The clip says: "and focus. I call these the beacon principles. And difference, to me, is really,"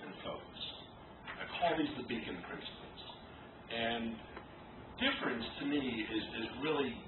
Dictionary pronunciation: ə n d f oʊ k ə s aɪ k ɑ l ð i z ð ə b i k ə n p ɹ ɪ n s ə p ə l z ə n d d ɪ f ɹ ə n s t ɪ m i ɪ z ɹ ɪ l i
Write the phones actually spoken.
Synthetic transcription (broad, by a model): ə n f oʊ ə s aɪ k ɑ l ð i z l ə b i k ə n p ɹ ɪ n s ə p l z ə n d d ɪ f ɹ ə n s t ɪ m i ɪ z ɹ ɪ l i